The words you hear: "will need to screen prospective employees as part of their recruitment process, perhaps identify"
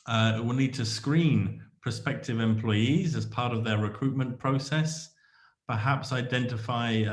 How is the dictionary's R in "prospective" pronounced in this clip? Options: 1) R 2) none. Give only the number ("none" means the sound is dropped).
2